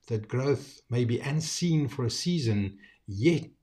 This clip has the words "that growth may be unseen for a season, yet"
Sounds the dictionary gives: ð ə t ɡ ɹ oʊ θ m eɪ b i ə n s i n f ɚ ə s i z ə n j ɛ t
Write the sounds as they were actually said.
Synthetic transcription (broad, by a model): ð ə t ɡ ɹ oʊ θ m eɪ b i ə n s i n f ɚ ə s i z ə n j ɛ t